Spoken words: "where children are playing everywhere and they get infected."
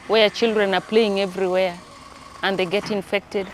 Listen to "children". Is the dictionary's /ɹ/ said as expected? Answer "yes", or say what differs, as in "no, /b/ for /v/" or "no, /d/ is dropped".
yes